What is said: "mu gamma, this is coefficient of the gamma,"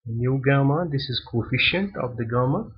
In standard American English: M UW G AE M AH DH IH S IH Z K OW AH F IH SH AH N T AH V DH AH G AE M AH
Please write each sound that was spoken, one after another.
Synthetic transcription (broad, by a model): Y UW G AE M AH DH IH S IH Z K OW AH F IH SH AH N T AH V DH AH G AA M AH